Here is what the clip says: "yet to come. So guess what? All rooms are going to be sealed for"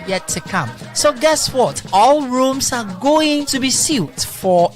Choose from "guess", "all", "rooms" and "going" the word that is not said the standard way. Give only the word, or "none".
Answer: rooms